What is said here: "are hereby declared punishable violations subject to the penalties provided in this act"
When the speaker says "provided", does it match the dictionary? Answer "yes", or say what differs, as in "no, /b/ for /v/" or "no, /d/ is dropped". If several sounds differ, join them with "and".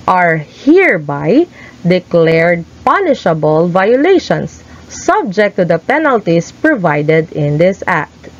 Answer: yes